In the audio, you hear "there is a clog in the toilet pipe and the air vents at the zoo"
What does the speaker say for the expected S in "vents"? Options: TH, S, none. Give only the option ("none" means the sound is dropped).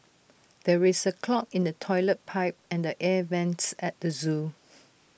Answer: S